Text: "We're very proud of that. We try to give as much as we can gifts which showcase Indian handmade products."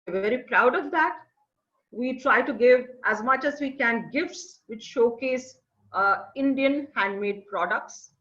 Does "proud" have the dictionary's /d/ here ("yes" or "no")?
yes